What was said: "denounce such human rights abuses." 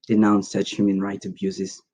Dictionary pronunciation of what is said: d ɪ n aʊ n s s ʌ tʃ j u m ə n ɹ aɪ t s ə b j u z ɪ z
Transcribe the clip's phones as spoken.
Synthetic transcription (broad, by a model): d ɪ n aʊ n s s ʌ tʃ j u m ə n ɹ aɪ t ə b j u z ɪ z